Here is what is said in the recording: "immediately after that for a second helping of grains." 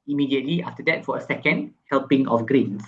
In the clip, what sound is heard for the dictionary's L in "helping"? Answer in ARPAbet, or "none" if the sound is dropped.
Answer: L